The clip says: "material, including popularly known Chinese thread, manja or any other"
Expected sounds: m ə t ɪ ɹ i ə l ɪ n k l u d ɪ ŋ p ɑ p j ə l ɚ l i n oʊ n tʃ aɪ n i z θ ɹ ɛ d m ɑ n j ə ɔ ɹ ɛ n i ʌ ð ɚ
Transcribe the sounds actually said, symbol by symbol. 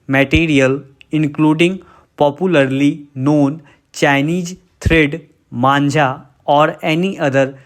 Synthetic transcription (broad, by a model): m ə t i ɹ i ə l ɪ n k l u d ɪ ŋ p ɑ p j ə l ɚ l i n oʊ n tʃ aɪ n i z t ɹ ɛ d m ɑ n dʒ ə ɔ ɹ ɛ n i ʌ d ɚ